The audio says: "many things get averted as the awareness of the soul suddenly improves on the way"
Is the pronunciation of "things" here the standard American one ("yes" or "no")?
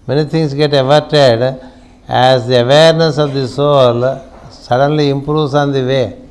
no